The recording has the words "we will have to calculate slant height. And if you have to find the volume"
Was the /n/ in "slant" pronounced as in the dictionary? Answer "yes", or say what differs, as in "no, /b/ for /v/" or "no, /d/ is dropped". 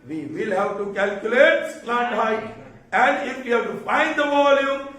no, /n/ is dropped